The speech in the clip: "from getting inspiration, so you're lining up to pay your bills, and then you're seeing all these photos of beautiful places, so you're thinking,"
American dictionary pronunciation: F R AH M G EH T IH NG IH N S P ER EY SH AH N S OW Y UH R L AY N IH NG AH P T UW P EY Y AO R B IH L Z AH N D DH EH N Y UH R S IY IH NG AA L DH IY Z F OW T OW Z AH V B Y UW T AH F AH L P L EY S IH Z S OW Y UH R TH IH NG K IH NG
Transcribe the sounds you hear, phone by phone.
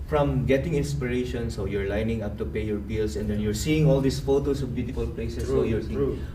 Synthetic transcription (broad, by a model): F R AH M G EH T IH NG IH N S P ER EY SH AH N S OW Y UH R L AY N IH NG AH P T UW P EY Y AO R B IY L S AH N D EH N Y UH R S IY IH NG AA L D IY S F OW T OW S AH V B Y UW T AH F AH L P L EY S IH S OW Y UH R